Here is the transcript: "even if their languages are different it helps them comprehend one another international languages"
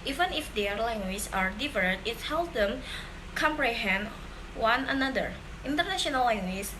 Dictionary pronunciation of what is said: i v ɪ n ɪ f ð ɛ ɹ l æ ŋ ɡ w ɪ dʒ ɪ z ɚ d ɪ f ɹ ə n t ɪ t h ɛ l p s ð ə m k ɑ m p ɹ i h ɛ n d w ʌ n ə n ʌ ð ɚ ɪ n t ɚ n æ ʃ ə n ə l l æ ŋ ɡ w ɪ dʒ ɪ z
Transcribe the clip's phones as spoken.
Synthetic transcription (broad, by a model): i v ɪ n ɪ f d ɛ ɹ l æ ŋ ɡ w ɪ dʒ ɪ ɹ d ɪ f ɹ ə t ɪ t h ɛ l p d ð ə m k ɑ m p ɹ i h ɛ n d w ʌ n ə n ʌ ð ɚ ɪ n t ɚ n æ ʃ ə n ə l l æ ŋ ɡ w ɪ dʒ